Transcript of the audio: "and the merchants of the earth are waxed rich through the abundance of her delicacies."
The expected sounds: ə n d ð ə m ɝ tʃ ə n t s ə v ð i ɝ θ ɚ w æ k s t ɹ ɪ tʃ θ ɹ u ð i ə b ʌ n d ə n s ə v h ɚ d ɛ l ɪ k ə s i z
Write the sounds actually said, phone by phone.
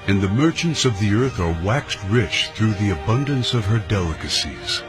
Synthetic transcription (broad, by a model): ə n ð ə m ɝ tʃ ə n t s ə v ð i ɝ θ ɚ w æ k s t ɹ ɪ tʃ θ ɹ u ð i ə b ʌ n d ə n s ə v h ɚ d ɛ l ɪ k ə s i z